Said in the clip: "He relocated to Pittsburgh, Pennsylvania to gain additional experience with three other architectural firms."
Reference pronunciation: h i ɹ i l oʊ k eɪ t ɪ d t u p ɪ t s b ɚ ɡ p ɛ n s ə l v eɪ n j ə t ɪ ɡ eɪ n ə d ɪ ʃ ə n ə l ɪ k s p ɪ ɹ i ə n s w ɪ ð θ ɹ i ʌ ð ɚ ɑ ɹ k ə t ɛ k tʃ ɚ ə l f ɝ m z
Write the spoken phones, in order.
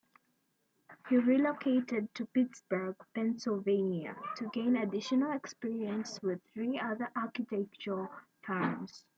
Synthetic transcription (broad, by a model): h i ɹ i l oʊ k eɪ t ɪ d t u p ɪ t s b ɚ ɡ p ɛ n s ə l v eɪ n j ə t ɪ ɡ eɪ n ə d ɪ ʃ ə n ə l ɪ k s p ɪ ɹ i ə n s w ɪ ð θ ɹ i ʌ ð ɚ ɑ ɹ k ə t ɛ k tʃ ɚ ə l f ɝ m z